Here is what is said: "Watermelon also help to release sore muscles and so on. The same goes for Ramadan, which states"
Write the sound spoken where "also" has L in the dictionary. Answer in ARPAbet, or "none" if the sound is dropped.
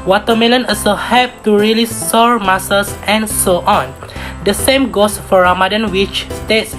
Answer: none